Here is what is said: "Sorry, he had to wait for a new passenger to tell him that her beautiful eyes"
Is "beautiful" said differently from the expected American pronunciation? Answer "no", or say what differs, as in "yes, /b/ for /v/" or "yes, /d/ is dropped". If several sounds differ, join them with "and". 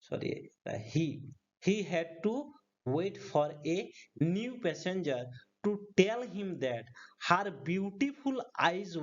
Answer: yes, /p/ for /f/